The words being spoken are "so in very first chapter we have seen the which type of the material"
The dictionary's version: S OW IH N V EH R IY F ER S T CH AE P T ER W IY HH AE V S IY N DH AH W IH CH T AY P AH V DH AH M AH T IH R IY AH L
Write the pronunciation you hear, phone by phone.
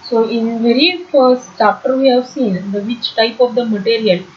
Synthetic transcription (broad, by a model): S OW IH N V EH R IY F ER S T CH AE P T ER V IY HH AE V S IY N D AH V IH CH T AY P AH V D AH M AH T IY R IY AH L